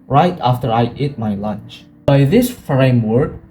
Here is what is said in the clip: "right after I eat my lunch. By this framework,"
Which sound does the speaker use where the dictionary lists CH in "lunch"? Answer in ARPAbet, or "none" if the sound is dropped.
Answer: CH